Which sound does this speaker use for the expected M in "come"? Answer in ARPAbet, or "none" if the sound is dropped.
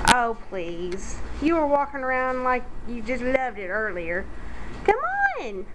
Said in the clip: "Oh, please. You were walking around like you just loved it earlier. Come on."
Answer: M